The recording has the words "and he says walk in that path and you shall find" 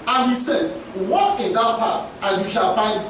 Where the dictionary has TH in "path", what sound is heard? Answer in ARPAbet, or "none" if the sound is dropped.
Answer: T